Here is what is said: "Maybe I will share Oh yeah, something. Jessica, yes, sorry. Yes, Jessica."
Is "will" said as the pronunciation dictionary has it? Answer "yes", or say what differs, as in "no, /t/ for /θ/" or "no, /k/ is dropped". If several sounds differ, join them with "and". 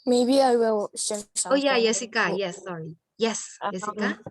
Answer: no, /w/ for /l/